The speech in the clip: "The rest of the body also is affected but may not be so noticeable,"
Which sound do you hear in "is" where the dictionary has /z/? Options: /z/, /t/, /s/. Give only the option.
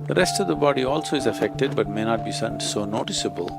/z/